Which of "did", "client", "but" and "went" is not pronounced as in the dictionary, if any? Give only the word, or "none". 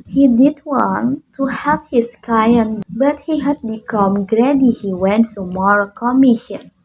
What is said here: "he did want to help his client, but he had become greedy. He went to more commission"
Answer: client